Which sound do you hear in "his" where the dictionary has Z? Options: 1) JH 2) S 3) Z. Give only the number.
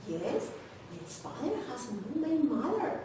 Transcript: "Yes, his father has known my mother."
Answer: 2